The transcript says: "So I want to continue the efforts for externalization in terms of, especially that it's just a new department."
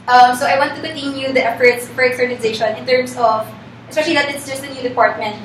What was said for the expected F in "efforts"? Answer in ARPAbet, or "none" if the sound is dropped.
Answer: F